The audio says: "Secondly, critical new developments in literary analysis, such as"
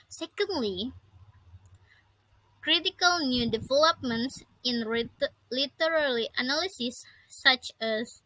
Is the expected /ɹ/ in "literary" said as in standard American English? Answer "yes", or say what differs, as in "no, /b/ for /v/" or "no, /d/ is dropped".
no, /l/ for /ɹ/